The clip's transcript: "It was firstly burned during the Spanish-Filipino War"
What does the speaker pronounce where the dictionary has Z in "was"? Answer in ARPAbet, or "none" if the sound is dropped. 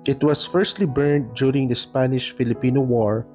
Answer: S